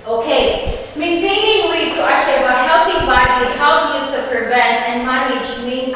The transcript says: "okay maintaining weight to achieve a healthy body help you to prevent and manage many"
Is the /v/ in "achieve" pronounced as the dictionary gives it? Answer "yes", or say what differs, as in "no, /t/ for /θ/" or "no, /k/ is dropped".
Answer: no, /w/ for /v/